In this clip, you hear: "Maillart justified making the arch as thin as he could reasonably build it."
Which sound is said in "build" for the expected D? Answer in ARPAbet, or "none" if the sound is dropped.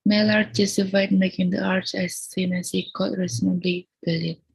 none